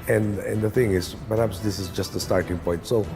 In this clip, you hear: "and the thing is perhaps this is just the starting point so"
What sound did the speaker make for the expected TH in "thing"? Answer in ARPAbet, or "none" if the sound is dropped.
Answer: TH